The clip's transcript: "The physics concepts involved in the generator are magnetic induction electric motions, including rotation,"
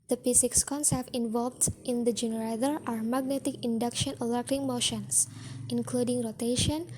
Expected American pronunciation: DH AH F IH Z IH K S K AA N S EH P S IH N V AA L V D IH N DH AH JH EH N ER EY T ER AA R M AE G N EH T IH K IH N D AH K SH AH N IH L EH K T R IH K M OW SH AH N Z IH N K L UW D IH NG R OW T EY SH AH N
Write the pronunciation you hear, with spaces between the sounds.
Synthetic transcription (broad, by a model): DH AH P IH S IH K S K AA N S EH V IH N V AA L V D IH N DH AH JH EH N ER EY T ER AA R M AE G N EH T IH K IH N D AH K SH AH N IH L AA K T IH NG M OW SH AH N S IH N K L UW D IH NG R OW T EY SH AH N